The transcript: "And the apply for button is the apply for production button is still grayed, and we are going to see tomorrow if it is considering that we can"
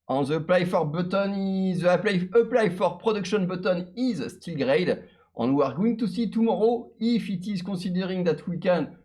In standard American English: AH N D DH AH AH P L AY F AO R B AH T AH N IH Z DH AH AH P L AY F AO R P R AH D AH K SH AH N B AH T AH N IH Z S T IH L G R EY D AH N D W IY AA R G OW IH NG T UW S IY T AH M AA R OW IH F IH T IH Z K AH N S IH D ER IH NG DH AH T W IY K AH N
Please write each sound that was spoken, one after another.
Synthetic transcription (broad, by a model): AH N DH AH AH P L AY F AO R B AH T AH N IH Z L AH AH P L AY F AO R P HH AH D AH K SH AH N B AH T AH N IH Z S T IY L G R EY D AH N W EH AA R G OW IH NG T UW S IY T AH M AA R OW IH F IH T IH Z K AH S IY D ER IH NG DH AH T W IY K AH N